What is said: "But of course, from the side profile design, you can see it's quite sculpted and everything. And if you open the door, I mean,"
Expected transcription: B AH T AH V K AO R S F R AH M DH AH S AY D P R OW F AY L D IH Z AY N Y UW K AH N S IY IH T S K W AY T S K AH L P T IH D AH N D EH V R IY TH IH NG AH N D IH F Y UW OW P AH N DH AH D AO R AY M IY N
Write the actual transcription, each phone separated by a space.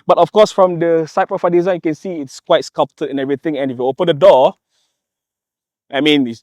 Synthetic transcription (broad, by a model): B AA T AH F K AO S F R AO M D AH S AY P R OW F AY D IH Z AY N Y UW K AH N S IY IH T S K W AY T S K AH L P T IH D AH N EH V R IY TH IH NG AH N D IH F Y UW OW P AH N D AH D AO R AY M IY N